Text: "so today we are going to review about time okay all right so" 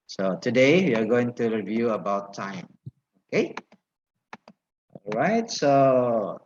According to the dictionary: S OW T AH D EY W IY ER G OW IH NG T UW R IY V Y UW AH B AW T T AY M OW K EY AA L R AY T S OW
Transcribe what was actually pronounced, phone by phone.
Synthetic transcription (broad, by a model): S OW T AH D EY W IY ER G OW IH NG T UW R IY V Y UW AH B AW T T AY M OW K EY AA L R AY T S OW